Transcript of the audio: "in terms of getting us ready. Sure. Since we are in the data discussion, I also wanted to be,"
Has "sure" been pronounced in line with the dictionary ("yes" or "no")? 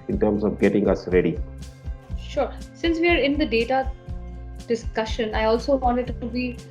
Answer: yes